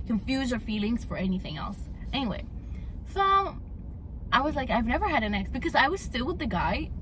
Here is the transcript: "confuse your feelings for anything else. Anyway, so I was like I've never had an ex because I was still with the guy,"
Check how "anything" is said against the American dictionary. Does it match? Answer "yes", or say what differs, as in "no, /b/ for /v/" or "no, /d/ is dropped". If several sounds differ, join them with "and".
yes